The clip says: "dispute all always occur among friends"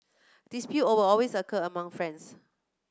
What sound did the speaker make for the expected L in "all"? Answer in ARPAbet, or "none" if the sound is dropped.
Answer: W